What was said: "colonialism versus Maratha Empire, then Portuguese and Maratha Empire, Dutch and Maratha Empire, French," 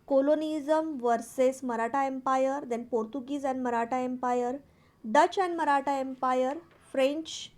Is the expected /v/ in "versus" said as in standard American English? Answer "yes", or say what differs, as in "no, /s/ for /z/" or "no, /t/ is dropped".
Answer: yes